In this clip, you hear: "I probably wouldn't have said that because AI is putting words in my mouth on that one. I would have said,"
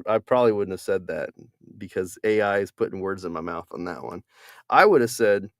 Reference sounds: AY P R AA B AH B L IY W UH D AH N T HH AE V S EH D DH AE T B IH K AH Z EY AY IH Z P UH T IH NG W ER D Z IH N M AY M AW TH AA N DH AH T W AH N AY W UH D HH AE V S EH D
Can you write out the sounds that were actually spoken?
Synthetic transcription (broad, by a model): AY P R AA B AH B L IY W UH D N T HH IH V S EH D DH AE T B IH K AH Z EY AY IH Z P UH T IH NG W ER D Z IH N M AY M AW TH N DH AH T W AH N AY W UH D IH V S EH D